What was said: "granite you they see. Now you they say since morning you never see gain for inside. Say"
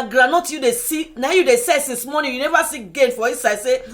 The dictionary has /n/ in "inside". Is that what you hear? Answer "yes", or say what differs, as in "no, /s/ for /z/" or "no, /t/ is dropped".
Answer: no, /n/ is dropped